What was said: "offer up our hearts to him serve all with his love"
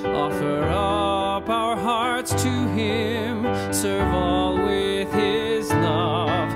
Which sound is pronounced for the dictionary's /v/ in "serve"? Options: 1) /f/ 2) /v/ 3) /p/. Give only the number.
2